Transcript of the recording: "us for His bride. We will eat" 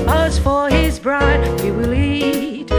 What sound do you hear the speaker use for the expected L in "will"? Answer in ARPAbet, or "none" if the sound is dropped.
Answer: L